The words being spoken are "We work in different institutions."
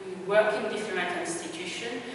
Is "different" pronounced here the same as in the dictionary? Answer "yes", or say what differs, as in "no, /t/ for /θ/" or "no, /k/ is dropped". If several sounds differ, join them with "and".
no, /l/ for /ɹ/